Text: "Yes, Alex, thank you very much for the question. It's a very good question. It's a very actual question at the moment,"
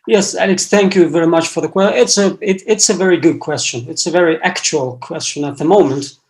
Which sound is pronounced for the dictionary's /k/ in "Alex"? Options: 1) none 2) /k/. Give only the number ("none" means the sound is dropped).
2